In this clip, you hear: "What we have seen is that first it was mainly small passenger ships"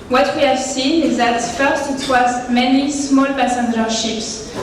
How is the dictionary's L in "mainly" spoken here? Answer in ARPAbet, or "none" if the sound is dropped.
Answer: none